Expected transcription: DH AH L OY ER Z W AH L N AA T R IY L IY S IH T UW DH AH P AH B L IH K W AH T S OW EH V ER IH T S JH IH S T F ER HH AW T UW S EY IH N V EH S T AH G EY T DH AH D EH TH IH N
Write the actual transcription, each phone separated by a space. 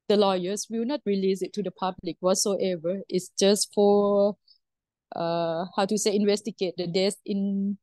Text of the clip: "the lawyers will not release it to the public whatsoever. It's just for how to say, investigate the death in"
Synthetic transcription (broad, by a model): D AH L OY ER S W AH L N AA T R IY L IY S IH T UW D AH P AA B L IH K W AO T S OW EH V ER IH T S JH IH S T F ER HH AW T UW S EY IH N V EH S T AH G EY T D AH D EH S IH N